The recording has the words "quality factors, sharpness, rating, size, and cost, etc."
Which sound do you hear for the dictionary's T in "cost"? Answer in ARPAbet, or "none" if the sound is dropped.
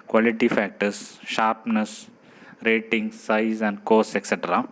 none